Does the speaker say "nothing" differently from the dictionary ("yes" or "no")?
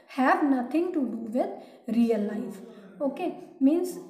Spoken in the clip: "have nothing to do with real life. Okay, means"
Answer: yes